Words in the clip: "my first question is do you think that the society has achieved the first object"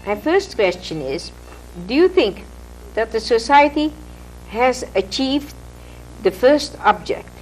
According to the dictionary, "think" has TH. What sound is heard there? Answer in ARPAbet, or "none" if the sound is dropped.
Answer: TH